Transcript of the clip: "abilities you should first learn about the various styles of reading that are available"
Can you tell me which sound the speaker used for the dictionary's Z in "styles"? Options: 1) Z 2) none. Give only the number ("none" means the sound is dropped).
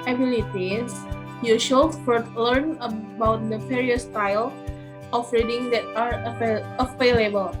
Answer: 2